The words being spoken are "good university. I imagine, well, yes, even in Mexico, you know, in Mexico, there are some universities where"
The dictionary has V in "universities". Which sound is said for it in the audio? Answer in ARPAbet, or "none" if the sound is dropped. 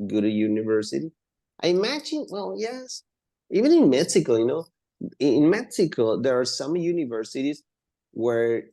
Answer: V